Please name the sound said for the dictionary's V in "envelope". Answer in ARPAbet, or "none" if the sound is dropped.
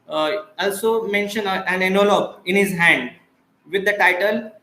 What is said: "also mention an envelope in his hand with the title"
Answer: none